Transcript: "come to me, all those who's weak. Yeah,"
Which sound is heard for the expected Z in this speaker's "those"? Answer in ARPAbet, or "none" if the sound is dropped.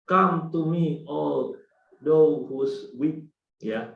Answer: none